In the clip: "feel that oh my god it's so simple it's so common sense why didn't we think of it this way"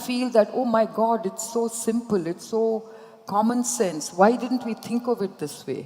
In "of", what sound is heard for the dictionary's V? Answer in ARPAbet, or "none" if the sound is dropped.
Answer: V